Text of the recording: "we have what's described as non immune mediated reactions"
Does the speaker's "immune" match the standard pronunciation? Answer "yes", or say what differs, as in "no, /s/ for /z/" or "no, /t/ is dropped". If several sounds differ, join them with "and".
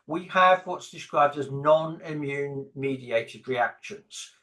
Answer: yes